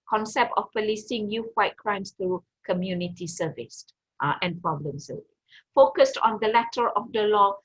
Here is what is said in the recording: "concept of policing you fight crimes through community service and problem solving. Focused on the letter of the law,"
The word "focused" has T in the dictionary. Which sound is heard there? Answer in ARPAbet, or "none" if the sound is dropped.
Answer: T